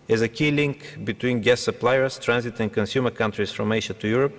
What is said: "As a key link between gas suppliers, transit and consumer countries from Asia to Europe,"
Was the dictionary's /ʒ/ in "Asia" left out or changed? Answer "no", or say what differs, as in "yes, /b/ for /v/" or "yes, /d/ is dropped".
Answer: yes, /ʃ/ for /ʒ/